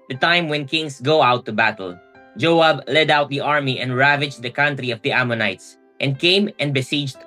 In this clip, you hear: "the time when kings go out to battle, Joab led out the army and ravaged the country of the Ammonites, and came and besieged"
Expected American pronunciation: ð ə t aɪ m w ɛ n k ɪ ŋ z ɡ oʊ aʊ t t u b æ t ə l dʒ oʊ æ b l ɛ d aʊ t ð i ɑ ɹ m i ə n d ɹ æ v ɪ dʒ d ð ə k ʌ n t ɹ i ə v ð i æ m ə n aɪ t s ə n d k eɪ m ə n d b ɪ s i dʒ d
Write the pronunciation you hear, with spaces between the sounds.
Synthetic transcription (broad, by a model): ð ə t aɪ m w ɛ n k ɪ ŋ s ɡ oʊ aʊ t t u b æ t ə l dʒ oʊ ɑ b l ɛ d aʊ t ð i ɑ ɹ m i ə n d ɹ æ v ɪ dʒ d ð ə k ʌ n t ɹ i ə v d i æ m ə n aɪ t s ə n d k eɪ m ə n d b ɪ s i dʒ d